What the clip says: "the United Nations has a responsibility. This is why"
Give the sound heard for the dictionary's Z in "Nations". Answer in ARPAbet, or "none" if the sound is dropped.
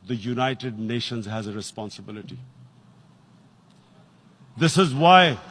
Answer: Z